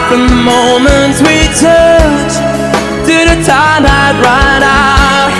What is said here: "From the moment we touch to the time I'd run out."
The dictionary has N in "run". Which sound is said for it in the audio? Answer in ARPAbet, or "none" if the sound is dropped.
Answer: none